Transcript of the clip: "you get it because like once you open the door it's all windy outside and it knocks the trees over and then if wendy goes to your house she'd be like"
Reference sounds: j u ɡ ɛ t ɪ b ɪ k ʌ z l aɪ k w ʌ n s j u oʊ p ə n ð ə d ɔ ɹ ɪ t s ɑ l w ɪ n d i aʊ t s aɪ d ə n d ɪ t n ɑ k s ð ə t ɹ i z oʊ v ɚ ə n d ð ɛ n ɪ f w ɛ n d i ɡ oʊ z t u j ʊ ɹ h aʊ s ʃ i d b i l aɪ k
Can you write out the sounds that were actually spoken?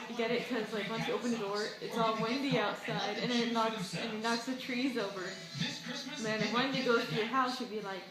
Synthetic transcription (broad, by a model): ɡ ɛ t ɪ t k ʌ z l aɪ k w ʌ n s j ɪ oʊ p ə n ð ə d ɔ ɹ ɪ t s ɑ l w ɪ n d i aʊ t s aɪ d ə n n ɪ t n ɑ k s ð ə t ɹ i z oʊ v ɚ ə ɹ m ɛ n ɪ w ɛ n d i ɡ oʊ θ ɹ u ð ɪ h aʊ s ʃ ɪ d b i l aɪ k